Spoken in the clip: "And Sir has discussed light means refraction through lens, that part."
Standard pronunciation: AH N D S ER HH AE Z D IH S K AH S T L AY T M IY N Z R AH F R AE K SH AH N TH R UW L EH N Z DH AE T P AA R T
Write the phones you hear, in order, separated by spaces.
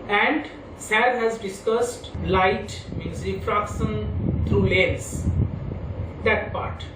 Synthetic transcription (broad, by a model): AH N D S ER HH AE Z D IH S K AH S T L AY T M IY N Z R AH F R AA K S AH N T R UW L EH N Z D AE T P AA R T